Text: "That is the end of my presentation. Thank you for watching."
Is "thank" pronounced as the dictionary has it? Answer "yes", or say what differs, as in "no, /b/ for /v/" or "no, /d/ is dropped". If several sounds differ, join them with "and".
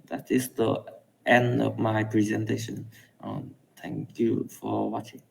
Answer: no, /t/ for /θ/